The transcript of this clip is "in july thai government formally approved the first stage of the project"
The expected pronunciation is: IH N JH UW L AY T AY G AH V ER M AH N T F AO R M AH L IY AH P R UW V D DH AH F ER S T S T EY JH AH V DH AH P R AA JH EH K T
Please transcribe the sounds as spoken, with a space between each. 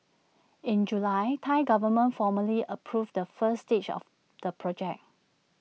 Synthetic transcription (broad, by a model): IH N JH UW L AY T AY G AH V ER M AH N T F AO M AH L IY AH P R UW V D AH F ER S S T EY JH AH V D AH P R AA JH EH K